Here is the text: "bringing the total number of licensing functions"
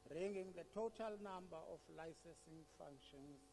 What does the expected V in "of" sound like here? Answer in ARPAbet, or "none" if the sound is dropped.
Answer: F